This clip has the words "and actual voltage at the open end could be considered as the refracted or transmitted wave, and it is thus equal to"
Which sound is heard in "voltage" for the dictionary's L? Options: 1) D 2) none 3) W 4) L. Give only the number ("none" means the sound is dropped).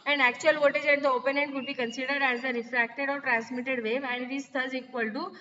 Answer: 2